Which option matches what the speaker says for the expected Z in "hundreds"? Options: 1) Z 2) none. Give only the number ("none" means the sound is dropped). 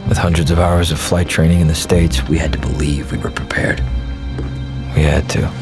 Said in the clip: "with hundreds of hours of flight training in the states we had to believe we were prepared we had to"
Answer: 1